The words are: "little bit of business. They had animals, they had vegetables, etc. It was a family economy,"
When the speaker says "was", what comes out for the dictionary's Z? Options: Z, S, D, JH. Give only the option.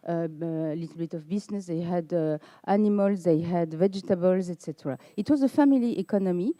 Z